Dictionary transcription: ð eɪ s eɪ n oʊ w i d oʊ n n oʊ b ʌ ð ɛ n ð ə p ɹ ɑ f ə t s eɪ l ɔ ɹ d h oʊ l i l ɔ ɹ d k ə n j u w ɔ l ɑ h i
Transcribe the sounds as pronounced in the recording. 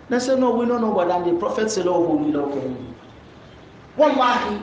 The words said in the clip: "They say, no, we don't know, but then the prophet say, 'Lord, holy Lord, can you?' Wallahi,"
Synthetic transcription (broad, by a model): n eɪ s eɪ n oʊ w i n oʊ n n oʊ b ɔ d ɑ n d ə p ɹ ɑ f ə t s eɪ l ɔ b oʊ n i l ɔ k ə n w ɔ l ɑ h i